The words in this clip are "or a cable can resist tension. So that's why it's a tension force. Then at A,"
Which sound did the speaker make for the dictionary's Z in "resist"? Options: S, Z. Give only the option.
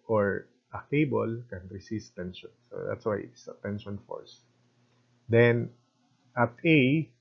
S